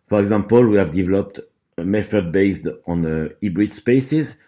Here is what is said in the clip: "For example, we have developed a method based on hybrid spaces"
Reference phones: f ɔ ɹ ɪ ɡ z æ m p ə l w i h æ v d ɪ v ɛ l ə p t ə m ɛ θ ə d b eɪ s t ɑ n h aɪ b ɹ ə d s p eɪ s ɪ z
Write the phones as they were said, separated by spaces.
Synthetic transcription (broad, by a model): f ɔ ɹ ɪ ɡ z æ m p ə l w i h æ v d ɪ v ɛ l ə p t ə m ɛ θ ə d b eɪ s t ɑ n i b ɹ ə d s p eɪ s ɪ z